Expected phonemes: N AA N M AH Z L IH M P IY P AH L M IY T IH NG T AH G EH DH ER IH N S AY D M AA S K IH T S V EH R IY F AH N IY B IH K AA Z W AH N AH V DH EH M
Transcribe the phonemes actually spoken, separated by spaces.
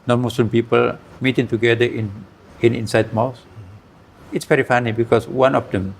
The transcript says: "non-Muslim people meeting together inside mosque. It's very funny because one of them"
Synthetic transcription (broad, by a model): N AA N M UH S L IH M P IY P AH L M IY T IH NG T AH G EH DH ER IH N S AY D M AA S IH T S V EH R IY F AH N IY B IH K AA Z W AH N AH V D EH M